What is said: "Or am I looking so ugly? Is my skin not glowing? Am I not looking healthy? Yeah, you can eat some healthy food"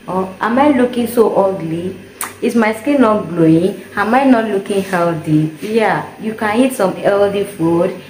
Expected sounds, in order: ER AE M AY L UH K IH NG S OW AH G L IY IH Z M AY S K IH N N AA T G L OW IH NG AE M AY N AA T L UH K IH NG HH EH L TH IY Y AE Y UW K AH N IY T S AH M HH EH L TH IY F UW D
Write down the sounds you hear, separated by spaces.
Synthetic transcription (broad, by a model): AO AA M AY L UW K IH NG S OW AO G L IY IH S M AY S K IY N N AA T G L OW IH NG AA M AY N AA T L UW K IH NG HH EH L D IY Y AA Y UW K AH N IY T S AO M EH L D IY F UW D